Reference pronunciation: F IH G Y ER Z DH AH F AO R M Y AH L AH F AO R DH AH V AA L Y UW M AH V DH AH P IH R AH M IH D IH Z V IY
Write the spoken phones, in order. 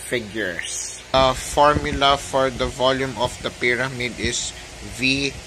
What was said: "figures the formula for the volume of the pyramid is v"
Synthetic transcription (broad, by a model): F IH G Y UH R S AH F AO R M Y AH L AH F AO R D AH V AA L Y UW M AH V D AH P IH R AH M IH D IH S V IY